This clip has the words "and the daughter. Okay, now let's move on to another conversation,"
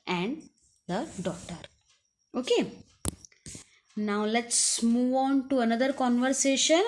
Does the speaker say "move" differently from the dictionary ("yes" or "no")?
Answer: no